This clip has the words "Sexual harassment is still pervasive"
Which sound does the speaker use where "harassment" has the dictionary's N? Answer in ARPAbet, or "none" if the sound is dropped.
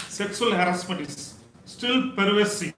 none